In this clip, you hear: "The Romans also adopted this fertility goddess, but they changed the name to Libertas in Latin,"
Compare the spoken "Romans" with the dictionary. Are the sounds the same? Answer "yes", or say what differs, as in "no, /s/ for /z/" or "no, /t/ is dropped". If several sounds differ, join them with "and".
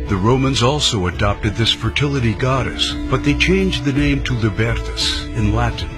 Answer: yes